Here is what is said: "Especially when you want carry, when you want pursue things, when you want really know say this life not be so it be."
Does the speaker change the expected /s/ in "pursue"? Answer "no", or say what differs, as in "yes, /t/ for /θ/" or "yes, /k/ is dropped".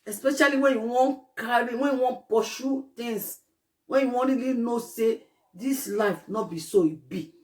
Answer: yes, /ʃ/ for /s/